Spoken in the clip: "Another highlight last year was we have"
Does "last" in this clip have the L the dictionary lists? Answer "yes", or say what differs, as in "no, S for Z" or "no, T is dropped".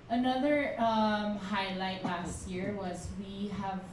yes